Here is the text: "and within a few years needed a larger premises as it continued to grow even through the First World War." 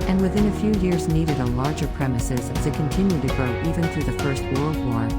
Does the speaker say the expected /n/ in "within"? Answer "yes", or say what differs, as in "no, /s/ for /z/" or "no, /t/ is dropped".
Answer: yes